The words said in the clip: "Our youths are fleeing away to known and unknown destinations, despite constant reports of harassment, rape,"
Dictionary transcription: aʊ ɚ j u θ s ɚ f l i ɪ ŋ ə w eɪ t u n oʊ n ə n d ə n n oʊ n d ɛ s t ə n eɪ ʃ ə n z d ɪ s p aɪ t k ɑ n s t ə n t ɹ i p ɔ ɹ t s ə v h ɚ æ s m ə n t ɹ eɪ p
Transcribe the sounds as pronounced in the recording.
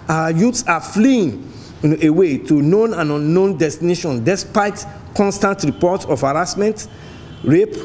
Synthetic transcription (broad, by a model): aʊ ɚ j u t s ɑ f l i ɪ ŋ ə w eɪ t u n oʊ n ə n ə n n oʊ n d ɛ s t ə n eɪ ʃ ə n d ɪ s p aɪ t k ɑ n s t ə n t ɹ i p ɔ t ə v h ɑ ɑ s m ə n t ɹ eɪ p